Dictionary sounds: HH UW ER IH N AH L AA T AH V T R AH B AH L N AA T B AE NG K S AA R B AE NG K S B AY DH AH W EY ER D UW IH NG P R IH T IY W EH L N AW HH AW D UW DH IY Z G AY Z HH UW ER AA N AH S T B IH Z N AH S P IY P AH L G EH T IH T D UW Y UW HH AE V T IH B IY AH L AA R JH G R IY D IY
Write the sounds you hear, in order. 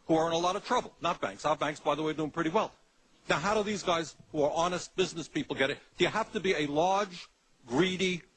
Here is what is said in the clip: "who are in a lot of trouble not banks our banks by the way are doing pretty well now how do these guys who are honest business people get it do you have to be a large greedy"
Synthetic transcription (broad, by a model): HH UW ER IH N AH L AA T AH V T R AH B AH L N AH T B AE NG K S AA B AE NG K S B AY DH AH W EY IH D UW IH NG P R IH T IY W EH L N AW HH AW D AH DH IY Z G AY Z HH UW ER AA N AH S T B IH Z N AH S P IY P L G EH T IH T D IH Y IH HH AE F T IH B IY AH L AA R JH G R IY D IY